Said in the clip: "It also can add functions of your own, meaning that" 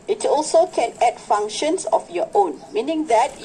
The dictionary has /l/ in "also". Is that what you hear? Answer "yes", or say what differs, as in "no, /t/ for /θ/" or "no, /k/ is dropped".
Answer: yes